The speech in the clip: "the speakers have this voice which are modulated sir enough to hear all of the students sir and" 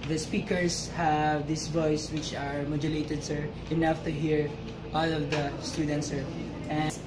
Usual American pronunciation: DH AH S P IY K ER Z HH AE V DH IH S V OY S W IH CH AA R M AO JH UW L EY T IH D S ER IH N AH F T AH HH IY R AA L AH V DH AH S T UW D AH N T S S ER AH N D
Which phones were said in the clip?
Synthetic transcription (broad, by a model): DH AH S P IY K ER S HH AE V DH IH S V OY S W IH CH AA R M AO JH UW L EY T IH D S ER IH N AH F T AH HH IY R AA L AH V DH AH S T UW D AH N T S S ER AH